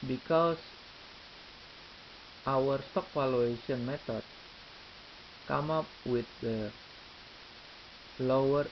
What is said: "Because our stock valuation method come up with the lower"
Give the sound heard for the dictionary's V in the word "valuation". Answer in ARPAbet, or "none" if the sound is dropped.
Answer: F